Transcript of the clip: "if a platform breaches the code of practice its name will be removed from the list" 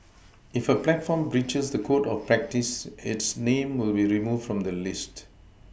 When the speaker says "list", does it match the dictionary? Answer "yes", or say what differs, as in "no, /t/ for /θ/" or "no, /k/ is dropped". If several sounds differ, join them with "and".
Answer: yes